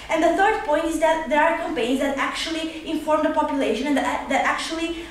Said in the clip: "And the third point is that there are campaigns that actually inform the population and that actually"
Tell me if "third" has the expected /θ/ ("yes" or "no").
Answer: no